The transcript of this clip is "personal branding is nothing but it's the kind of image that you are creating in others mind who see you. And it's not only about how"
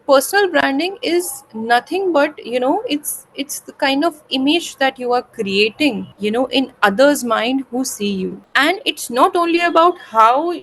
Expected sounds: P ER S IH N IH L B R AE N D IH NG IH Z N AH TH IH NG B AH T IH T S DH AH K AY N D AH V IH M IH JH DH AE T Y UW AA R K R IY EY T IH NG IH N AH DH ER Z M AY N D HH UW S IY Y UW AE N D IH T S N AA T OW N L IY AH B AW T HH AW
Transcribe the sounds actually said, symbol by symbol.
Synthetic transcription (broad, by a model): P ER S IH N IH L B R AE N D IH NG IH Z N AH T IH NG B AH T IH T S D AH K AY N D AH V IH M IH JH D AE T Y UW AA R K R IY EY T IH NG IH N AH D ER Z M AY N D HH UW S IY Y UW AE N D IH T S N AA T OW N L IY AH B AW T HH AW